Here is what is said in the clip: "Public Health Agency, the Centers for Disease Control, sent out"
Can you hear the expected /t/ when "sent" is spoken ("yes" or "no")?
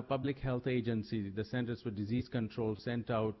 yes